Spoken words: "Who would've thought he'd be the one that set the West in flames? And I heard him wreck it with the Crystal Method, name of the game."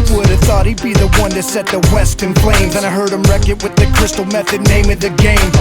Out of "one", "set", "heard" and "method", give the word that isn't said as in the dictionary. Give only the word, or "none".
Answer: none